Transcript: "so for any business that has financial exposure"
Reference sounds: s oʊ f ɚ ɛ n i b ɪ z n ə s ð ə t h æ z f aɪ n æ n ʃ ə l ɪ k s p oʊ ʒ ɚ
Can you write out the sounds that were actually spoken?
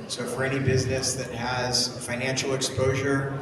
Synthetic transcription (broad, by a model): s oʊ f ɚ ɛ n i b ɪ z n ə s ð ə t h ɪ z f aɪ n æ n ʃ l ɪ k s p oʊ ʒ ɚ